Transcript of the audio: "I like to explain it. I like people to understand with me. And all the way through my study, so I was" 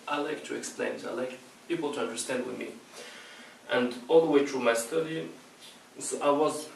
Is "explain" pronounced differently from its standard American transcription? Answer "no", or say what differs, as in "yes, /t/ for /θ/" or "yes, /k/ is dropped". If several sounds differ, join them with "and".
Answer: no